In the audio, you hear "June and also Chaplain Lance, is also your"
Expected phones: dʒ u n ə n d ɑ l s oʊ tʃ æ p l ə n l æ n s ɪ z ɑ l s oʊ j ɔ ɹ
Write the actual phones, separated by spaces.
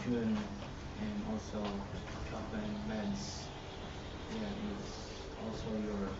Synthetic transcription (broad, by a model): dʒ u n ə n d ɑ l s oʊ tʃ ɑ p ə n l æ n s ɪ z ɑ l s oʊ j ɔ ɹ